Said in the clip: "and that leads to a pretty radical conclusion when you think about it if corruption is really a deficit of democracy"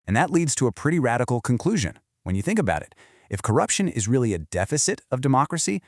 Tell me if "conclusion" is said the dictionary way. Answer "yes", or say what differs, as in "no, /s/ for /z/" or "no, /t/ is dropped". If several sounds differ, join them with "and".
yes